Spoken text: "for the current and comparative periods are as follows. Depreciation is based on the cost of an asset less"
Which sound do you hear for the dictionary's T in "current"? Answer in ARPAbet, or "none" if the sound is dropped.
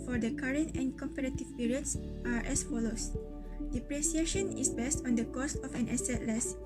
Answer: T